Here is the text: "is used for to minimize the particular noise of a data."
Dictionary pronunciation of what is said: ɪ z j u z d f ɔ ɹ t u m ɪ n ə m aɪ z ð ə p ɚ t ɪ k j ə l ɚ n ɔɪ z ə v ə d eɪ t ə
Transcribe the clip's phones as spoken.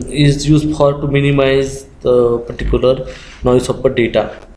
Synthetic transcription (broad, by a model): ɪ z j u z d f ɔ ɹ t u m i n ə m aɪ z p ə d t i k j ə l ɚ n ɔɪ s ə p ə d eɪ t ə